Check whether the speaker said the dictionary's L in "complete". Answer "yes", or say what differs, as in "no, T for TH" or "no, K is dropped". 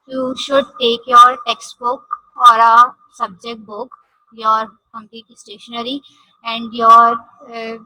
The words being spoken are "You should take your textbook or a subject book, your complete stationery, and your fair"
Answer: no, L is dropped